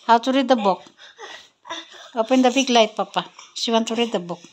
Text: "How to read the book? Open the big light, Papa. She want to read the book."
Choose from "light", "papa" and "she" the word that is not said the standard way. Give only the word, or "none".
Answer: she